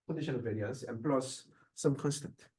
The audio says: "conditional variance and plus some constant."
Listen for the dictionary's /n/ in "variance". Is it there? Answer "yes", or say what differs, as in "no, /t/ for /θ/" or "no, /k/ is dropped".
no, /n/ is dropped